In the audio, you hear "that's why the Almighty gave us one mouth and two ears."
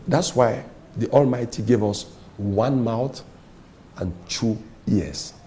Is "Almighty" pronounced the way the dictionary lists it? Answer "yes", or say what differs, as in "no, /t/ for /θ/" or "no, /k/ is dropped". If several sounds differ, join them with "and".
yes